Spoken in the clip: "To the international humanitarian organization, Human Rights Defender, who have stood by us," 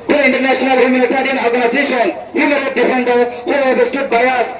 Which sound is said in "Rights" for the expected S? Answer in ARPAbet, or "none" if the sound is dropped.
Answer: none